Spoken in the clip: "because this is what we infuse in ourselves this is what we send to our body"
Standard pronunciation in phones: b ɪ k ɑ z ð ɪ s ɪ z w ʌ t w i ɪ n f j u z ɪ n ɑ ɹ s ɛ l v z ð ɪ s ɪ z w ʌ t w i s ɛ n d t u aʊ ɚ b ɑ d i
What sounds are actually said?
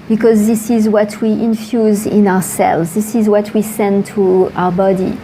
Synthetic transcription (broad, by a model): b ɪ k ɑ z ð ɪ s ɪ z w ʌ t w i ɪ n f j u z ɪ n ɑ ɹ s ɛ l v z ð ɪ s ɪ z w ʌ t w i s ɛ n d t u aʊ ɚ b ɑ d i